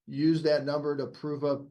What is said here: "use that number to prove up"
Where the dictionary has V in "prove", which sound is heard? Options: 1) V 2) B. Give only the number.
1